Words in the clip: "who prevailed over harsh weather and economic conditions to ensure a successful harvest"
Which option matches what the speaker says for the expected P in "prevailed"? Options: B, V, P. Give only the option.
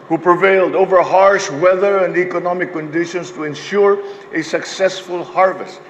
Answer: P